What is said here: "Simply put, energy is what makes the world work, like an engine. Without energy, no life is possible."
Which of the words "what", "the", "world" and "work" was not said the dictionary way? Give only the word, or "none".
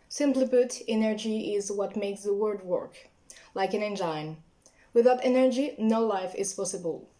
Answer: world